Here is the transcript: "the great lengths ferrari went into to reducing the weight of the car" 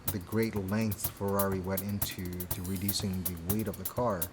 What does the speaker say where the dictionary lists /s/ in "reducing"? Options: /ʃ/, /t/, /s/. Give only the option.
/s/